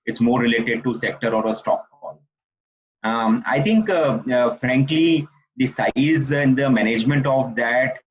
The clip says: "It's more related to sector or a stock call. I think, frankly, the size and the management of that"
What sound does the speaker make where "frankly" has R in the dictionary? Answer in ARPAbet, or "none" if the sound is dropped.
R